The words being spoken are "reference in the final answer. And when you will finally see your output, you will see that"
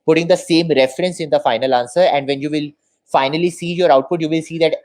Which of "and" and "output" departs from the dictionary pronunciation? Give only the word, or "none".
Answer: none